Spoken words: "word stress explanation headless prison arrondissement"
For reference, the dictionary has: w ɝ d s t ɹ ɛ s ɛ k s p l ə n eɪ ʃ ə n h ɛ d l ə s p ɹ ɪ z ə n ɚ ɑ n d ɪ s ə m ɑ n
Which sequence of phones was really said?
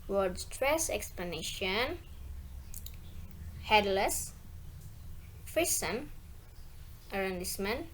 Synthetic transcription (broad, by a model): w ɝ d s t ɹ ɛ s ɛ k s p l ə n eɪ ʃ ə n h ɛ d l ə s f ɹ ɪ s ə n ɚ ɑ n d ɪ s m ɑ n